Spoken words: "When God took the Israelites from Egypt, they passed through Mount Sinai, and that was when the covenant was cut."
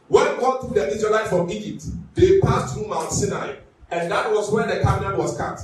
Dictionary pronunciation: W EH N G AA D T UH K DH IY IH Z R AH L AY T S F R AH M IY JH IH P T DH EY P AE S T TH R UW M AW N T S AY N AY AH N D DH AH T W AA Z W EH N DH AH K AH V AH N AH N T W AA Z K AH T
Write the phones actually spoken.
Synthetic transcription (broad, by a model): W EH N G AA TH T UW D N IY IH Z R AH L AY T F R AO M IY JH IH P T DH EY P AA S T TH R UW M AW N T S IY N AY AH N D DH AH T W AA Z W EH N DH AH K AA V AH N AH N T W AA S K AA T